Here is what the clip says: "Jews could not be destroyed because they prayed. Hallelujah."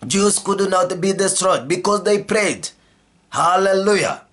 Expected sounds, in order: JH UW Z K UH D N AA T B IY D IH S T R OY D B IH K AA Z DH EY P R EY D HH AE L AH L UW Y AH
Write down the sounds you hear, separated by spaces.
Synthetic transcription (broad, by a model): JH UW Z K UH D N AA T B IY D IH S T R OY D B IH K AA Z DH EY P R EY D HH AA L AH L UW Y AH